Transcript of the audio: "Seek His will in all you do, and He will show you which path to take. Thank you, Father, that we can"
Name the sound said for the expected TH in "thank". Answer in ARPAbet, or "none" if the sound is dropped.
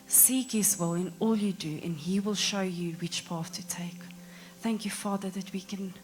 TH